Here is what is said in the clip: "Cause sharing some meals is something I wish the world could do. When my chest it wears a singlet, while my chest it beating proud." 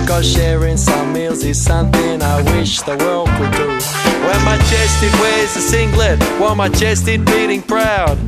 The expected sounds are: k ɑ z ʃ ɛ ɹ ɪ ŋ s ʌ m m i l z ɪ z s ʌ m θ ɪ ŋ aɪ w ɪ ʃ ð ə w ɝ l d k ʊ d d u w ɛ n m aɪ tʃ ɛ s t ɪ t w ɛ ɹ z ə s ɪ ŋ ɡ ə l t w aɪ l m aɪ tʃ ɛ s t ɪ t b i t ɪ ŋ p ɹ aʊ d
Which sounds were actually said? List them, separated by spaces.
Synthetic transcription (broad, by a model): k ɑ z ʃ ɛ ɹ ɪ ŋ s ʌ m m i l z ɪ z s ʌ m θ ɪ ŋ aɪ w ɪ ʃ ð ə w ɝ l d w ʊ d d u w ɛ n m aɪ tʃ ɛ s t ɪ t w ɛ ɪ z ə s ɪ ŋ ɡ l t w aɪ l m aɪ tʃ ɛ s t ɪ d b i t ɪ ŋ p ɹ aʊ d